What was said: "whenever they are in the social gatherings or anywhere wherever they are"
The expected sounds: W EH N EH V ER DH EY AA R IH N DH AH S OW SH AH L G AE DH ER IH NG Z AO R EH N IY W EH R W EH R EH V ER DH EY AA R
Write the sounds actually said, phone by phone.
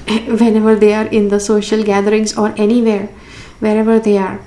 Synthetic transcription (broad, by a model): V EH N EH V ER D EY AA R IH N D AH S OW SH AH L G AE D ER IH NG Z AO R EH N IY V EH R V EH R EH V ER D EY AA R